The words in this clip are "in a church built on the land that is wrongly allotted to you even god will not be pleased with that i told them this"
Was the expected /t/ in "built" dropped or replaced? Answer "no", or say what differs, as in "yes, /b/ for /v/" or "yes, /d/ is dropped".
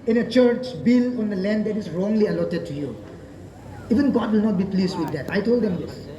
yes, /t/ is dropped